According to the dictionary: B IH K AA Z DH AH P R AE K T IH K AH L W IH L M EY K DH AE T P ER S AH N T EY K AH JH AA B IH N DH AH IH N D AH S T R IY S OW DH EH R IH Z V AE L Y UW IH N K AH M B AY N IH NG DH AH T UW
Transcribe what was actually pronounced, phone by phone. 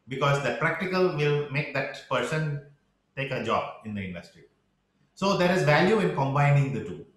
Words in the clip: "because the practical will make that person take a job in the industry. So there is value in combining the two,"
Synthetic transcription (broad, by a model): B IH K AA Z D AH P R AE K T IH K AH L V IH L M EY K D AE T P ER S AH N T EY K AH JH AA B IH N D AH IH N D AH S T R IY S OW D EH R IH Z V AE L Y UW IH N K AH M B AY N IH NG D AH T UW